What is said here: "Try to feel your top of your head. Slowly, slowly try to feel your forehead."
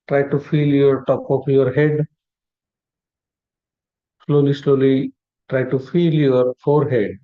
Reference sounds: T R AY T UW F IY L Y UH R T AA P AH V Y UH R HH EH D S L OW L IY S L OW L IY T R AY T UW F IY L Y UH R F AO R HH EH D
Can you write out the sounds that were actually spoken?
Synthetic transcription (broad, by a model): T R AY T UW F IY L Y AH R T AA P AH P Y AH R HH EH D S L OW L IY S L OW L IY T R AY T UW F IY L Y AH R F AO R HH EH D